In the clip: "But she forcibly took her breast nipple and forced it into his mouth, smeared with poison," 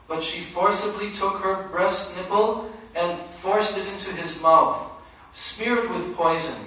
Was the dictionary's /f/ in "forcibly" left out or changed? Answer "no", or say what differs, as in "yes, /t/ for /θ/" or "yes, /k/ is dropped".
no